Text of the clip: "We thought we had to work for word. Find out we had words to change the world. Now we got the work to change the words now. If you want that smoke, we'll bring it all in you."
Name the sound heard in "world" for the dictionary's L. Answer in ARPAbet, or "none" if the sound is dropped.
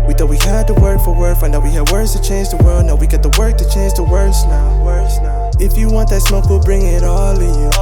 L